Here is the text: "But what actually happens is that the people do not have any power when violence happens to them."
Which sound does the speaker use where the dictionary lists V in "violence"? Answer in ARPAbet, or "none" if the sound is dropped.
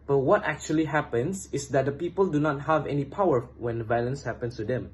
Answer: V